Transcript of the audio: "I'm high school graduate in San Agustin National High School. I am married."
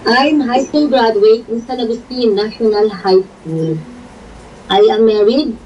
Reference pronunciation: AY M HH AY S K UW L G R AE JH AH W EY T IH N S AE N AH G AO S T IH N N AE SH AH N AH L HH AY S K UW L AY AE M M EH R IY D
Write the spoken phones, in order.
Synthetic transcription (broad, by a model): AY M HH AY S K UW L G R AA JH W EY IH N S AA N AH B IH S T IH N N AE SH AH N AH L HH AY S K UW L AY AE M M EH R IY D